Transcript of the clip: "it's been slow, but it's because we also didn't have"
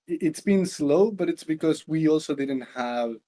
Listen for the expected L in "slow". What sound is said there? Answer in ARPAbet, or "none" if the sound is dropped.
L